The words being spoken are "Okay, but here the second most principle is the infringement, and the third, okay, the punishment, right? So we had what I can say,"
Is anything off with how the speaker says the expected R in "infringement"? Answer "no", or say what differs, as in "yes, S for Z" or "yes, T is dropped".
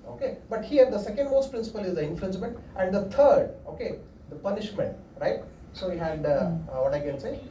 yes, L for R